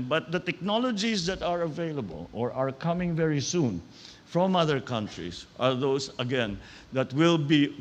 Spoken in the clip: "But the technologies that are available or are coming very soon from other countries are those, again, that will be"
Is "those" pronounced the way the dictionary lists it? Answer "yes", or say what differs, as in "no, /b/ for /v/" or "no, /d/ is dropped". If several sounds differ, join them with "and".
no, /s/ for /z/